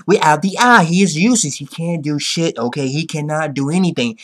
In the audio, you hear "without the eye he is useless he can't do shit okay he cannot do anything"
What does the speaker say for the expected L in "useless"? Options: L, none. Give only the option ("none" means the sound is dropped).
none